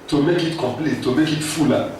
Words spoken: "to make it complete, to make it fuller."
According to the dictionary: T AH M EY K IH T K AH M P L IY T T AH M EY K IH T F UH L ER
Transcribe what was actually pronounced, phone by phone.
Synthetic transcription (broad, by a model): T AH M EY K IH T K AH P L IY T T AH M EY K IH T F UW L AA